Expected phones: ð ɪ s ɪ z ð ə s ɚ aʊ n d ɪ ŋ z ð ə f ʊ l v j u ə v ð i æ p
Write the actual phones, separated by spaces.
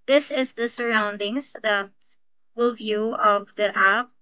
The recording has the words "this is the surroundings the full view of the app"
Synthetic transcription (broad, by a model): ð ɪ s ɪ z ð ə s ɚ aʊ n d ɪ ŋ z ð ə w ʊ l v j u ə v ð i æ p